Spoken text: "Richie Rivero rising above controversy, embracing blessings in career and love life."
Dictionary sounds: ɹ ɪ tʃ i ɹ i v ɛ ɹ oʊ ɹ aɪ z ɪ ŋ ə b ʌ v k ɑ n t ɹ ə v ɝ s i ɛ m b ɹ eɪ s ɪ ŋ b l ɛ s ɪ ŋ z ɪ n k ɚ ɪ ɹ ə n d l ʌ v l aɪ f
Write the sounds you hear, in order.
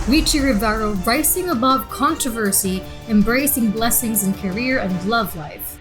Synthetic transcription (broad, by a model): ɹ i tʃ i ɹ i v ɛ ɹ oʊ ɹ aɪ s ɪ ŋ ə b ʌ v k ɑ n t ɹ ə v ɝ s i ɛ m b ɹ eɪ s ɪ ŋ b l ɛ s ɪ ŋ z ɪ n k ɚ ɪ ɹ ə n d l ʌ v l aɪ f